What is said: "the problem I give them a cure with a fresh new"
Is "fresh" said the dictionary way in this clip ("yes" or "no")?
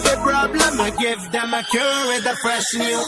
no